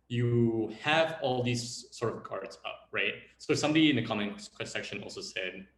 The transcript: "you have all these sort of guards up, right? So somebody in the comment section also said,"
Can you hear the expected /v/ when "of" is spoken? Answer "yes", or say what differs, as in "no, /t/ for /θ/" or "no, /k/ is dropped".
yes